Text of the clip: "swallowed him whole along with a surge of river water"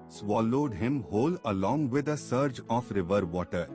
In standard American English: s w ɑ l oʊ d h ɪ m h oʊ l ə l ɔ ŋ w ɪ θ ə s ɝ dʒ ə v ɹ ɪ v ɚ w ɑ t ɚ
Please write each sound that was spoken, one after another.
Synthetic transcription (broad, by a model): s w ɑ l oʊ d h ɪ m h oʊ l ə l ɔ ŋ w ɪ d ə s ɝ dʒ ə f ɹ ɪ v ɚ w ɑ t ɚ